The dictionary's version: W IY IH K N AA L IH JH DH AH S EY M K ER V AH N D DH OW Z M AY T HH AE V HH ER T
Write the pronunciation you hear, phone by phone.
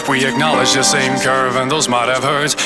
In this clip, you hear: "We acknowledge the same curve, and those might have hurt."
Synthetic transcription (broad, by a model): W IY IH K N AA L IH JH DH AH S EY M K ER V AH N DH OW Z M AY T HH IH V HH ER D